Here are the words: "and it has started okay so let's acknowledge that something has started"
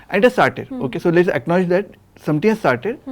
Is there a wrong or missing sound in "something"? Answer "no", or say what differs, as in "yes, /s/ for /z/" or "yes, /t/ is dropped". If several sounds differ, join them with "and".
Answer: yes, /t/ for /θ/